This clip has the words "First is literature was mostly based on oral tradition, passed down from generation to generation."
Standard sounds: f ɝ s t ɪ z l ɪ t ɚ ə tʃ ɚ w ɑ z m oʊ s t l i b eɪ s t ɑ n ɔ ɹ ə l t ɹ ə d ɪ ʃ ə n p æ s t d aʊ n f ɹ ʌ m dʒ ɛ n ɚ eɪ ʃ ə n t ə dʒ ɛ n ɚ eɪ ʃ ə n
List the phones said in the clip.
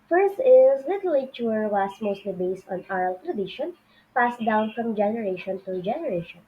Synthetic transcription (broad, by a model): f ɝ s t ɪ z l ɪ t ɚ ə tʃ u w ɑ s m oʊ s t l i b eɪ s t ɑ n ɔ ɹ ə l t ɹ ə d ɪ ʃ ə n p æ s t d aʊ n f ɹ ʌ m dʒ ɛ n ɚ eɪ ʃ ə n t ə dʒ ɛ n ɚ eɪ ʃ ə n